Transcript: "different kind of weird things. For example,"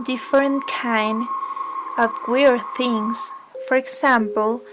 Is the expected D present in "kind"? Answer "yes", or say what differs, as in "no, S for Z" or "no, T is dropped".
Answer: yes